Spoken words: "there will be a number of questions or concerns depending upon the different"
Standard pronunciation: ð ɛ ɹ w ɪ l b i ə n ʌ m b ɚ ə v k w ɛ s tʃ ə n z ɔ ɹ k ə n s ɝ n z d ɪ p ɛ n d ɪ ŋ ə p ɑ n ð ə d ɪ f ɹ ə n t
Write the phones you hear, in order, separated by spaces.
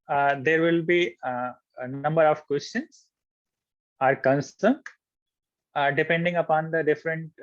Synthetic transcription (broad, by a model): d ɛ ɹ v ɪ l b i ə n ʌ m b ɚ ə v k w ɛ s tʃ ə n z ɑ ɹ k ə n s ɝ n d ɪ p ɛ n d ɪ ŋ ə p ɑ n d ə d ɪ f ɹ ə n t